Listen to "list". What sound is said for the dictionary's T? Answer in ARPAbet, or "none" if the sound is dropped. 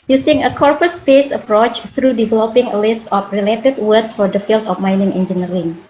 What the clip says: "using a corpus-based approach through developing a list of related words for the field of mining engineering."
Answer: T